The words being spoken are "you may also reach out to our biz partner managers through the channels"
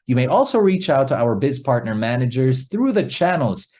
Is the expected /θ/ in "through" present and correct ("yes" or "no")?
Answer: yes